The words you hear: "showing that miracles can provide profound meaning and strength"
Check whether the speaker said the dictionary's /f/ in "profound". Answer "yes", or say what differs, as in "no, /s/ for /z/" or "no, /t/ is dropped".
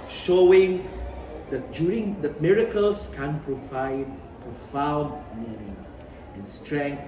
yes